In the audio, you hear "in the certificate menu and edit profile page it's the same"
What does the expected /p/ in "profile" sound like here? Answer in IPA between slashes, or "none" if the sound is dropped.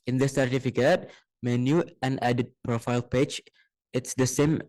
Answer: /p/